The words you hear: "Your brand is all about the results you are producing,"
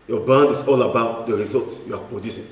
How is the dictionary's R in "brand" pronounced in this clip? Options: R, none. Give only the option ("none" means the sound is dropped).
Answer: none